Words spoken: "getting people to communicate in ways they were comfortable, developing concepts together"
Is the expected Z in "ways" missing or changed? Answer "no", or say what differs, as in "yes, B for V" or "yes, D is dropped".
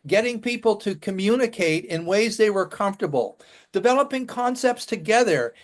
no